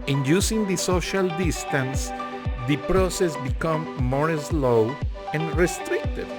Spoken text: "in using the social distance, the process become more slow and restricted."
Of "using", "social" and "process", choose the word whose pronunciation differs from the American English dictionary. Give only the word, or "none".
using